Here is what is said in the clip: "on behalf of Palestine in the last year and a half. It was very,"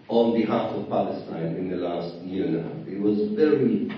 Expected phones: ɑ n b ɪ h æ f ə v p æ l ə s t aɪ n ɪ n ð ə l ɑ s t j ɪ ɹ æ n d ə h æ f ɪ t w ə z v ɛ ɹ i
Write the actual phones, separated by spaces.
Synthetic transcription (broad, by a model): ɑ n b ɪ h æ f ə v p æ l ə s t aɪ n ɪ n ð ə l ɑ s t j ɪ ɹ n ə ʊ ɪ t w ə z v ɛ ɹ i